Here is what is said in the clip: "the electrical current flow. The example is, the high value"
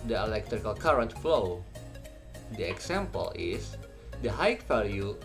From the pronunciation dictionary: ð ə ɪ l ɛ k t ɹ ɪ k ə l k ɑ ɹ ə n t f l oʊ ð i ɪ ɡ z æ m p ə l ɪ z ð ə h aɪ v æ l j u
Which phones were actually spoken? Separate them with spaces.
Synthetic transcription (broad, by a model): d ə ɪ l ɛ k t ɹ ɪ k ə l k ɑ ɹ ə n t f l oʊ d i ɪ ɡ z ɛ m p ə l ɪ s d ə h aɪ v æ l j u